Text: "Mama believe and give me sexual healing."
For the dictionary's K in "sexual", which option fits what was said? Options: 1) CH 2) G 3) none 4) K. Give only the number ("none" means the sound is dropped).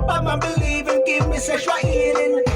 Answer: 3